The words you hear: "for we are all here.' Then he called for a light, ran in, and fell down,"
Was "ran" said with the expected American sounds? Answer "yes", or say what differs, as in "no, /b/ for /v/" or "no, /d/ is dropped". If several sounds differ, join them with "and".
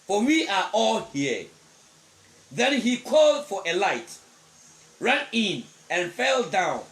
yes